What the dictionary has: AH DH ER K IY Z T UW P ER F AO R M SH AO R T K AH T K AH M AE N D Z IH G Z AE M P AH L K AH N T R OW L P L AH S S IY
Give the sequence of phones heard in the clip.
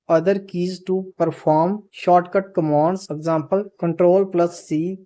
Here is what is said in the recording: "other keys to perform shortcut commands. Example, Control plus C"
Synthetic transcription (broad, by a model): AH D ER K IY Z T UW P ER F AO R M SH AO R T K AH T K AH M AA N D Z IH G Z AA M P AH L K AH N T R OW L P L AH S S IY